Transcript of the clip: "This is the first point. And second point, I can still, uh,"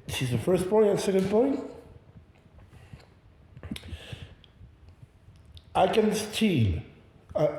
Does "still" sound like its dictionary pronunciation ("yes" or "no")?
no